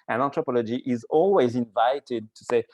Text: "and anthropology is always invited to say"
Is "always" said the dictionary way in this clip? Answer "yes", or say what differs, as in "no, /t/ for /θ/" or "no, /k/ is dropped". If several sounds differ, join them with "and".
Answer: yes